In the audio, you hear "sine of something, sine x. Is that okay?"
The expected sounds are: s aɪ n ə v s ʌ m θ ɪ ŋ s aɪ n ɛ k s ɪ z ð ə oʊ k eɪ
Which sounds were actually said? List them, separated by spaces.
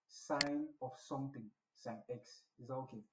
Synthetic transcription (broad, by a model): s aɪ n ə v s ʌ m t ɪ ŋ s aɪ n ɛ k s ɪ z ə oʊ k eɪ